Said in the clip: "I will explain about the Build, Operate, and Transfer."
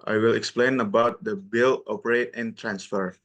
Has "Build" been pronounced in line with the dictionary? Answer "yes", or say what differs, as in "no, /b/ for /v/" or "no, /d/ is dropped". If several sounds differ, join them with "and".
no, /d/ is dropped